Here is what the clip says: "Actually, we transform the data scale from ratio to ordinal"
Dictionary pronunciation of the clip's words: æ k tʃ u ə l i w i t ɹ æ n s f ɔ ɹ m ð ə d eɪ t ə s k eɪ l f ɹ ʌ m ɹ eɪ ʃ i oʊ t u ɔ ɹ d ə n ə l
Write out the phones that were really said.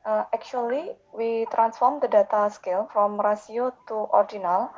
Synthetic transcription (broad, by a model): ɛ k tʃ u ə l i w i t ɹ æ n s f ɔ ɹ m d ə d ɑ t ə s k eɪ l f ɹ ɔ m ɹ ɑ s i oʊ t u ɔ ɹ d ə n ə l